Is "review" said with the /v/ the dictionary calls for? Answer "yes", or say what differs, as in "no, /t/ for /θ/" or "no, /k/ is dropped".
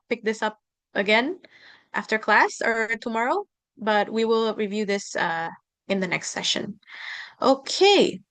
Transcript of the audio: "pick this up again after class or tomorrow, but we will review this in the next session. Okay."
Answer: yes